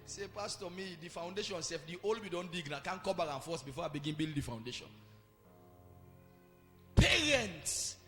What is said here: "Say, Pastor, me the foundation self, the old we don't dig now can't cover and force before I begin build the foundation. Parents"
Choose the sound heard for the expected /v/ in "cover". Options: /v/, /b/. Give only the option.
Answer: /b/